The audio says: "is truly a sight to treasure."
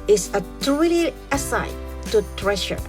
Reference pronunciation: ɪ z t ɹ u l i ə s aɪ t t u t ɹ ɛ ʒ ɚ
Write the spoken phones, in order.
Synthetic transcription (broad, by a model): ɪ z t u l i ə s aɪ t t u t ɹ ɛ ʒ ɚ